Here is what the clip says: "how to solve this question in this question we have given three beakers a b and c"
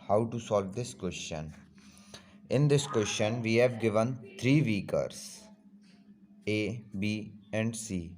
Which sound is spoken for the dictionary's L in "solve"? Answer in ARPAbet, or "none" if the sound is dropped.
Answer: L